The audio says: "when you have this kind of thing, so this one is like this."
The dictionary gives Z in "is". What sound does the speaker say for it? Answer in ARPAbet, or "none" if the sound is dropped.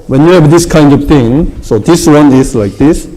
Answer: S